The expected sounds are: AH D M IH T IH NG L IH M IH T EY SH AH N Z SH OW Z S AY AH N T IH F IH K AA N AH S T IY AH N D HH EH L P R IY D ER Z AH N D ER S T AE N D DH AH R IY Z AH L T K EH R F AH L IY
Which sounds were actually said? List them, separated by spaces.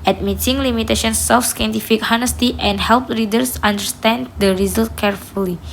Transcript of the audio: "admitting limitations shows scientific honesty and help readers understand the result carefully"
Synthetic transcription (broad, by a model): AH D M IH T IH NG L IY M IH T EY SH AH N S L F S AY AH N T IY F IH K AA N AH S T IY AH N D HH EH L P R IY D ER S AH N D ER S T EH N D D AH R IY Z AH L T K EH R F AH L IY